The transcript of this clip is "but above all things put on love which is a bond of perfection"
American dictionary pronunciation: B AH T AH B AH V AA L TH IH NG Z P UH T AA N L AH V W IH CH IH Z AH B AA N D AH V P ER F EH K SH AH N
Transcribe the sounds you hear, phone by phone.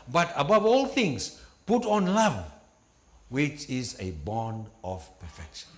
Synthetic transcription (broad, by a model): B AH T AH B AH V AA L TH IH NG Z P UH T AA N L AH V W IH CH IH Z AH B AA N D AH V P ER F EH K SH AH N